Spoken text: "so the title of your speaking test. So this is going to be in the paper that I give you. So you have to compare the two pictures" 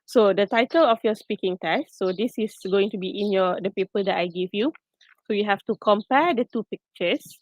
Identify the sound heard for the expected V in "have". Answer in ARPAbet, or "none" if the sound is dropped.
F